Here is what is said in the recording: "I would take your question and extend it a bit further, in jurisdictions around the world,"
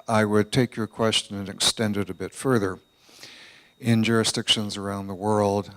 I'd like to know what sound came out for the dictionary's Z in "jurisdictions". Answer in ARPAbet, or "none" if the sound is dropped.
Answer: Z